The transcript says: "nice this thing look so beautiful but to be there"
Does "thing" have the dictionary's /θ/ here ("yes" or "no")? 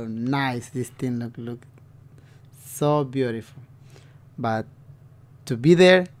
no